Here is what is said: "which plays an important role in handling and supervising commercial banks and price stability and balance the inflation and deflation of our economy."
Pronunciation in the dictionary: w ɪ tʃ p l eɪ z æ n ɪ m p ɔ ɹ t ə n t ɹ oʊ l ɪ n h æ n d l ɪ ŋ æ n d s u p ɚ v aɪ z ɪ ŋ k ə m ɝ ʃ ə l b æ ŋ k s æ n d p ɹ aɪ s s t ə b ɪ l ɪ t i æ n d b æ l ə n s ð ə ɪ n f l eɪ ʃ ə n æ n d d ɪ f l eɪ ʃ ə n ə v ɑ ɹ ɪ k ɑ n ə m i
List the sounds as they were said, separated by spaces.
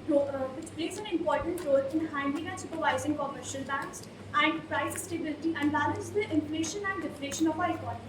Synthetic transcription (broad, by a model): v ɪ tʃ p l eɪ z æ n ɪ m p ɔ ɹ t ə n t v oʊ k ɪ n h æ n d ɪ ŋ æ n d s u p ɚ v aɪ z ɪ ŋ k ə m ɝ ʃ ə l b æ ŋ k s æ n d p ɹ aɪ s s t ə b ɪ l ɪ t i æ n d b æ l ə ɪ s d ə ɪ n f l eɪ ʃ ə n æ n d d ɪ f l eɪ ʃ ə n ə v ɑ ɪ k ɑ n